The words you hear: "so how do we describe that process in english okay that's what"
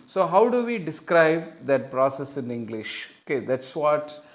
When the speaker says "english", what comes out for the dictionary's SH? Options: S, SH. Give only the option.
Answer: SH